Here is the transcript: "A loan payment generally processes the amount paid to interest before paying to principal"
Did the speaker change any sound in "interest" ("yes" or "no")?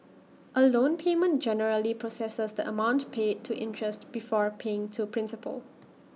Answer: no